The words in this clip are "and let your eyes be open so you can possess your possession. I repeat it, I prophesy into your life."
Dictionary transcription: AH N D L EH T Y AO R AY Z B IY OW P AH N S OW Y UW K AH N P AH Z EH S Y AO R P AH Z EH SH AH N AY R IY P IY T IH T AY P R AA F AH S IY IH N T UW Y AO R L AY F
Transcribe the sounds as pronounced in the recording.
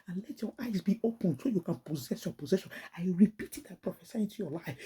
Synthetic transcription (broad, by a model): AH N L EH T Y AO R AY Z B IY OW P AH N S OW Y UW K AH N P AH Z EH S Y AO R P AH Z EH SH AH N AY R IY P IY T IH T AY P R AA F AH S IY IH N T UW Y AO L AY F